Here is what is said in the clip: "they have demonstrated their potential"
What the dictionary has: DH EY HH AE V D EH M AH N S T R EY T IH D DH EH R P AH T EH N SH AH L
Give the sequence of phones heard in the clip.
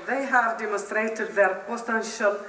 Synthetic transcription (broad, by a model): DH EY HH AE V D EH M AH N S T R EY T IH D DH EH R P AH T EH N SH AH L